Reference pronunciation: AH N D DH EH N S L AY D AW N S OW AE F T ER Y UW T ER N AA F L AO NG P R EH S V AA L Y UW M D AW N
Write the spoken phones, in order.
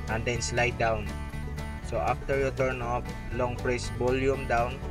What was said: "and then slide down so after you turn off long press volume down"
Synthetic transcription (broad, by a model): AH N D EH N S L AY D AW N S OW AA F T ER Y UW T ER N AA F L AO NG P R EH S B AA L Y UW M D AW N